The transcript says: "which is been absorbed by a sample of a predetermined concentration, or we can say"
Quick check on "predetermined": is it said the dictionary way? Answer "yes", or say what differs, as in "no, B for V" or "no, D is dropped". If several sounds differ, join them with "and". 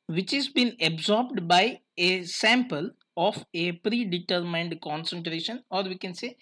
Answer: yes